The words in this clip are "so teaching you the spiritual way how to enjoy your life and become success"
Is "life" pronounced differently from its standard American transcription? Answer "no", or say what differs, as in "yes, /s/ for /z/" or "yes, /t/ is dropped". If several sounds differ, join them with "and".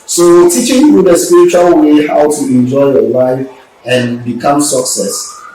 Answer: no